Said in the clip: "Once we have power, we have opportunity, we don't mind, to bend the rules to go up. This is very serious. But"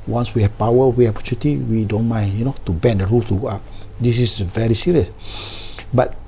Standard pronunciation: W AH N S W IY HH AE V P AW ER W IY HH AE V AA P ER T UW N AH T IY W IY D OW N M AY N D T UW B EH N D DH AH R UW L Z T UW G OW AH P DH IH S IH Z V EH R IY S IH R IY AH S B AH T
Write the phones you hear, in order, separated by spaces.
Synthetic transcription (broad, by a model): W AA N S W IY HH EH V P AW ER W IY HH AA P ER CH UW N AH T IY W IY D OW N M AY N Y T UW B EH N D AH R UW L T UW G OW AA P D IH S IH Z V EH R IY S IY R IY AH S B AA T